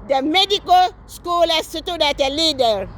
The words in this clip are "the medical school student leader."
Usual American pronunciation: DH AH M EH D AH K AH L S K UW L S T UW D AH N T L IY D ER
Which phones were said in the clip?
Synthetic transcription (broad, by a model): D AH M EH D AH K AH L S K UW L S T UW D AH T L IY D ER